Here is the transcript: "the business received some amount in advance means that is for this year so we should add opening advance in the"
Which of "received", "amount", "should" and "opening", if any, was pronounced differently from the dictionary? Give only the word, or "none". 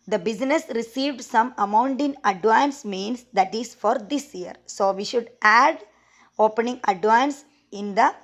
none